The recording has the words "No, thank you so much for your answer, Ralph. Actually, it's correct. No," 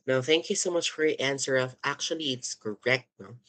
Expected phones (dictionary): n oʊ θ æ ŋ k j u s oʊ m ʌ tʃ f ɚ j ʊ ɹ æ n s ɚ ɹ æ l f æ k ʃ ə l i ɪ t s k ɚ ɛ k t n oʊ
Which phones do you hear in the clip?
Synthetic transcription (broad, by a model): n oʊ θ æ ŋ k j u s oʊ m ʌ tʃ f ɚ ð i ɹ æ n s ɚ ɹ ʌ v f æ k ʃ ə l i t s k ɚ ɛ k t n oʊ